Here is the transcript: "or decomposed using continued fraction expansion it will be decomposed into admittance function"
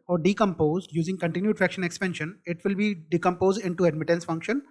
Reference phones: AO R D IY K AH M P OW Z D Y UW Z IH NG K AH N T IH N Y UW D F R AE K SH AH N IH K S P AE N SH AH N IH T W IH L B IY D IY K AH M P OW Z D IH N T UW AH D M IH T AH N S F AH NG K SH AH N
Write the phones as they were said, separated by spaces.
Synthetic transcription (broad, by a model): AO R D IY K AH M P OW Z D Y UW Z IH NG K AH N T IH N Y UW D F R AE K SH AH N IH K S P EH N SH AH N IH T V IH L B IY D IY K AH M P OW Z D IH N T UW AH D M IH T AH N S F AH NG K SH AH N